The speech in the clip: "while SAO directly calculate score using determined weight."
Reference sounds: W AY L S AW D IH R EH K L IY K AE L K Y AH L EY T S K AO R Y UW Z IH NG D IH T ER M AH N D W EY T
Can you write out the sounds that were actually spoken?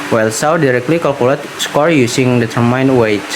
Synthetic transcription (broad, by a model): W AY L S AW D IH R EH K L IY K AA L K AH L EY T S K AO R Y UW S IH NG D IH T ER M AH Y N W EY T